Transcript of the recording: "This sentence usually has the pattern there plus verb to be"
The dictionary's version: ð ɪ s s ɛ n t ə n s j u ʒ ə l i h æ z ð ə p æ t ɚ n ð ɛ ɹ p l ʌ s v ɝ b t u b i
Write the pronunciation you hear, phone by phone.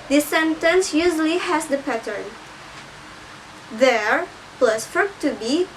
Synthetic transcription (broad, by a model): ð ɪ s s ɛ n t ə n s j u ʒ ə l i h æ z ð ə p æ t ɚ n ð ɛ ɹ p l ʌ s f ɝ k t u b i